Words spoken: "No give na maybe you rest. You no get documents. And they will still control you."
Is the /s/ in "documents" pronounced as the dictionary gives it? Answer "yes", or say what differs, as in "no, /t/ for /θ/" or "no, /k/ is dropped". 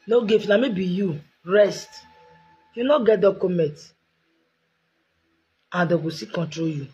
no, /s/ is dropped